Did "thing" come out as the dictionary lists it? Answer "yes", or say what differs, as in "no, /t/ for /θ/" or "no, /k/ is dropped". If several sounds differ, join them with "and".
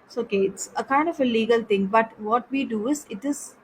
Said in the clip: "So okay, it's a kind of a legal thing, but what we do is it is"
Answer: no, /t/ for /θ/